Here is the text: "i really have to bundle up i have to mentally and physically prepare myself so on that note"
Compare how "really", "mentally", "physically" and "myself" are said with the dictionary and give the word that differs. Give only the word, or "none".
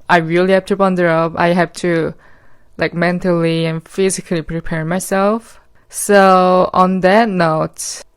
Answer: none